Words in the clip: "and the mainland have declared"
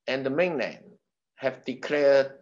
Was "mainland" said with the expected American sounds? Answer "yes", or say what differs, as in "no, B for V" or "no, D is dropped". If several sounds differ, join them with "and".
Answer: no, N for L